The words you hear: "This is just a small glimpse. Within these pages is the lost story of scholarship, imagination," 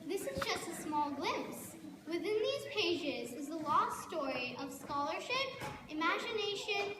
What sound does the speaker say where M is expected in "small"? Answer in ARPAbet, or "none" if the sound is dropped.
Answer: M